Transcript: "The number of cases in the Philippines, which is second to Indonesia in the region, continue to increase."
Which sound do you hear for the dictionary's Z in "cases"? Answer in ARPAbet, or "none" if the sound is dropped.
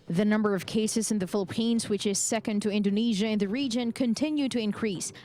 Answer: Z